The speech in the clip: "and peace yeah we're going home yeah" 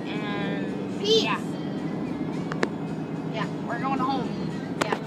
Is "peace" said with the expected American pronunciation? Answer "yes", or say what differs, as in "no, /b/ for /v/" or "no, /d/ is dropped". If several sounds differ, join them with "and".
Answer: no, /s/ is dropped